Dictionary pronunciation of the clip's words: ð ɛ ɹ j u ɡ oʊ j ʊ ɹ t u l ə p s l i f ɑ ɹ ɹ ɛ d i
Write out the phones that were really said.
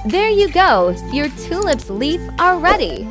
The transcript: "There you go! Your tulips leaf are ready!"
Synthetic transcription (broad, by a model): ð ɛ ɹ j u ɡ oʊ j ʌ ɹ t u l ə p s l i f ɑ l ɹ ɛ d i